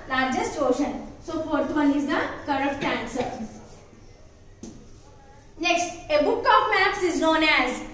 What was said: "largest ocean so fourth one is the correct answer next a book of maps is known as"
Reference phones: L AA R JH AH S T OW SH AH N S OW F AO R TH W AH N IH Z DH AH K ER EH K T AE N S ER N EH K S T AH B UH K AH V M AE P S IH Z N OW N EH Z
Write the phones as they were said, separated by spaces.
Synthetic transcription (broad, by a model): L AA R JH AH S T OW SH AH N S OW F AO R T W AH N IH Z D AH K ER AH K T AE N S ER N EH K S T AH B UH K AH P M AE P S IH Z N OW N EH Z